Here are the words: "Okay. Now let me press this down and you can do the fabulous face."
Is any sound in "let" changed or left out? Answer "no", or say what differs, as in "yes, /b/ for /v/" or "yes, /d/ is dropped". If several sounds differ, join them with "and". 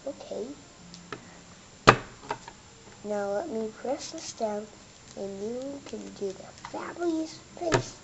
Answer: no